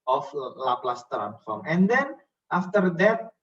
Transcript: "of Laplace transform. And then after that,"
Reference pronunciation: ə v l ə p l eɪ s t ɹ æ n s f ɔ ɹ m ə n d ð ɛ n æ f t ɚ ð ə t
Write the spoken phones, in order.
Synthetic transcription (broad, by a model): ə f l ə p l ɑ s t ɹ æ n f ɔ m ə n d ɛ n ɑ f t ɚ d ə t